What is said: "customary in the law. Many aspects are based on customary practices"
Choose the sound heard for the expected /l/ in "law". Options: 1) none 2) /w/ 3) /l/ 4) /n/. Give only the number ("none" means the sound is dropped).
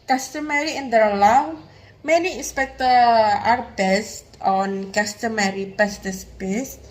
3